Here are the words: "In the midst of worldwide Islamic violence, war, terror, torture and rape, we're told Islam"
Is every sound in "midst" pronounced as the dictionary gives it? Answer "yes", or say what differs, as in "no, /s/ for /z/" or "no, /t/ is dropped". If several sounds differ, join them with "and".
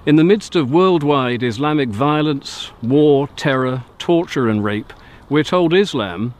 yes